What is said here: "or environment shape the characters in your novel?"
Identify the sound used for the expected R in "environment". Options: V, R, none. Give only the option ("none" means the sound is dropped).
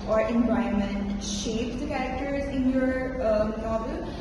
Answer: none